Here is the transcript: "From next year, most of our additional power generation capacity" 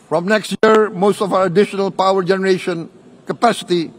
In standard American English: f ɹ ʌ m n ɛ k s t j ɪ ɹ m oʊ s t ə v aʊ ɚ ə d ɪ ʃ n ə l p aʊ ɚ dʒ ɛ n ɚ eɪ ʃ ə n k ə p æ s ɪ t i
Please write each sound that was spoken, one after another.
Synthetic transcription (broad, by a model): f ɹ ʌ m n ɛ k s t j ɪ ɹ m oʊ s t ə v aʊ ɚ ə d ɪ ʃ n ə l p aʊ ɚ dʒ ɛ n ɚ eɪ ʃ ə n k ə p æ s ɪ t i